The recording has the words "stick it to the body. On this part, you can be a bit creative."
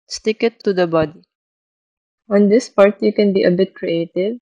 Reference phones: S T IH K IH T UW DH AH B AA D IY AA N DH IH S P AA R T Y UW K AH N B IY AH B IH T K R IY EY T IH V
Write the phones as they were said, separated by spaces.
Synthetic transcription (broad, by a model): S T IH K IH T UW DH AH B AA D IY AA N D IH S P AA R T Y UW K AH N B IY AH B IH T K R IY EY T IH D